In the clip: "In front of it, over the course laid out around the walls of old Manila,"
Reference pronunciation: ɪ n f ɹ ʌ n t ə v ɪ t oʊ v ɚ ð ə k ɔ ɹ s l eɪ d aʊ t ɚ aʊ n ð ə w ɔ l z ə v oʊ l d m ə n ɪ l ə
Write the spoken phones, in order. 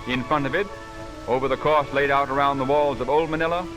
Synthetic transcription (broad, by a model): ɪ n f ɹ ʌ n t ə v ɪ t oʊ v ɚ ð ə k ɔ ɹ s l eɪ d aʊ t ɚ aʊ n ð ə w ɔ l z ə v oʊ l d m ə n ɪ l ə